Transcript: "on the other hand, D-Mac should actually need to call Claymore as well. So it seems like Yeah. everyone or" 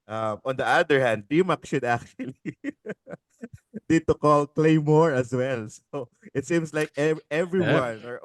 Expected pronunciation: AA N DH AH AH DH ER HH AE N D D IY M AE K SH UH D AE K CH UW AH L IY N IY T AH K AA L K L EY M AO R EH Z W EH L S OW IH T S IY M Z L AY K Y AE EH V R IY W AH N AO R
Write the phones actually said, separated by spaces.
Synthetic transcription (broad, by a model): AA N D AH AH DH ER HH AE N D D IY M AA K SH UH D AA K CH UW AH L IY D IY T AH K AA L K L EY M AO R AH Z W EH L S OW IH T S IY M S L AY K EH EH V R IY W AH N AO R